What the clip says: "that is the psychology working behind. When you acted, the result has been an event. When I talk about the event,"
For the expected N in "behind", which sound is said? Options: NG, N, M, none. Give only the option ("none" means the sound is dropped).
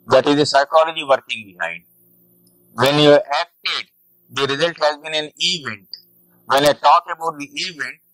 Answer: none